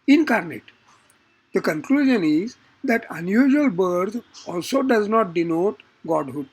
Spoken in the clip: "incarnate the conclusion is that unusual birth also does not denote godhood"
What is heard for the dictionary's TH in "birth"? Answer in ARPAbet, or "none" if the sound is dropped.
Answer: T